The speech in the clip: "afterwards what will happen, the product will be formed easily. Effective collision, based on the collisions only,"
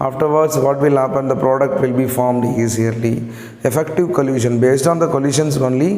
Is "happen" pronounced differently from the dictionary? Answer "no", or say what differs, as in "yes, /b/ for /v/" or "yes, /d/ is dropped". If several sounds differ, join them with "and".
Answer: no